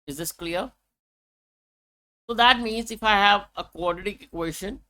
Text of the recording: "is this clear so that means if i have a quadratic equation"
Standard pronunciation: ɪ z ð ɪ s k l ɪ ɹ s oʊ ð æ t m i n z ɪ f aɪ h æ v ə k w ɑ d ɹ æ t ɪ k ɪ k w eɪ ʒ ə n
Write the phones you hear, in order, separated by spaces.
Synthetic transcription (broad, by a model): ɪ z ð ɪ s k l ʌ ɹ s oʊ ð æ t m i n z ɪ f aɪ h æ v ə k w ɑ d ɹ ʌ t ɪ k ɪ k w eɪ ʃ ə n